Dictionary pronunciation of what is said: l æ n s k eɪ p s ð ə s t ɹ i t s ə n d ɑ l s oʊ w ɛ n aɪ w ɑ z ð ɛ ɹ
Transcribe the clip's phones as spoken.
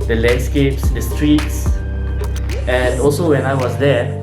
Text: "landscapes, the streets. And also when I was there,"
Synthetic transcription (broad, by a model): l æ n s k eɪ p s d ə s t ɹ i t s ə n d ɑ l s oʊ w ɛ n aɪ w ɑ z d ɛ